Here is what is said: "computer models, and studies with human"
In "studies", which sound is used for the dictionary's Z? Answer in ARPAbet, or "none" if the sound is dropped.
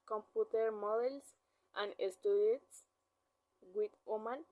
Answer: S